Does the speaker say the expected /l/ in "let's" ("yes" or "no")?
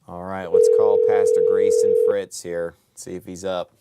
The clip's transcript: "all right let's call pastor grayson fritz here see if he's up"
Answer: no